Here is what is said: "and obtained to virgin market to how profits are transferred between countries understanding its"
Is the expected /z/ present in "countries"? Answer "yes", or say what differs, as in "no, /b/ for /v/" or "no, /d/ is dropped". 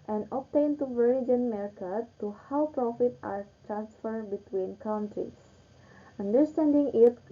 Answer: no, /s/ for /z/